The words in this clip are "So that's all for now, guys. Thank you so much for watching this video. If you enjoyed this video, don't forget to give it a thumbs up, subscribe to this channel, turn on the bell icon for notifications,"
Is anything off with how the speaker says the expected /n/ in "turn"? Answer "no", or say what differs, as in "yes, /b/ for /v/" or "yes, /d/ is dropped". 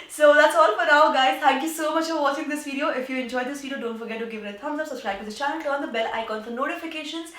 yes, /n/ is dropped